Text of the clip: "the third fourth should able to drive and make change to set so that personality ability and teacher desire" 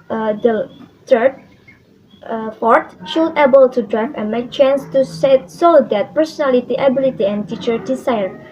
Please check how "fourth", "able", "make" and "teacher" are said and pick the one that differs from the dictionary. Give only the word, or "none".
fourth